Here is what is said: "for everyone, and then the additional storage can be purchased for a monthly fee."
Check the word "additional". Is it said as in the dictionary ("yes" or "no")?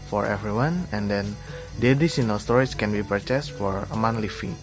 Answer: no